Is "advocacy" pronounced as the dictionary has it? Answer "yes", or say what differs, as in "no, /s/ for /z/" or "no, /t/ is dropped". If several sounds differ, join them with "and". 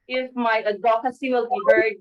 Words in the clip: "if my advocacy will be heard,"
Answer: no, /v/ is dropped